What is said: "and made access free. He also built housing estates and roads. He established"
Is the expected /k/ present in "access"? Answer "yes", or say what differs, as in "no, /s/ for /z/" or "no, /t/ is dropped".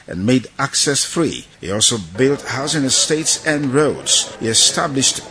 yes